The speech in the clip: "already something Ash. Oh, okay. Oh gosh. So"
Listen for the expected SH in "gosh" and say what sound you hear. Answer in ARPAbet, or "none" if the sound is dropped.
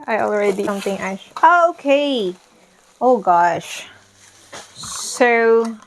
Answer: SH